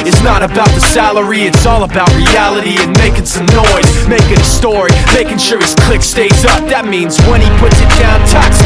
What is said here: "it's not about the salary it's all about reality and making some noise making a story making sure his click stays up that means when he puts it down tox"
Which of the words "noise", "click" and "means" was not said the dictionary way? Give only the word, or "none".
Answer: none